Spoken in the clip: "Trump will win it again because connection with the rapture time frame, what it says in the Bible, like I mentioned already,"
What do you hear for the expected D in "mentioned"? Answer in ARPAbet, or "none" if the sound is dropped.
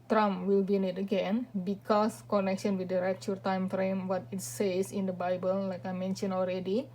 none